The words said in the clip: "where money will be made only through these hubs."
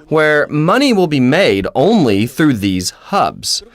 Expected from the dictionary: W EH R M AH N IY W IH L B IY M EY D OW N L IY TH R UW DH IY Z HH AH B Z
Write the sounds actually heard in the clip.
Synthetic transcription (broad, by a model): W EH R M AH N IY W IH L B IY M EY D OW N L IY TH R UW DH IY Z HH AH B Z